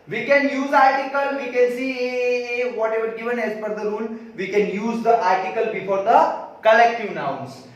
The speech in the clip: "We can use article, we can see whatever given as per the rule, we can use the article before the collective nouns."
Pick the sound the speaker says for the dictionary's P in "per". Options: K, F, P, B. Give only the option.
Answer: F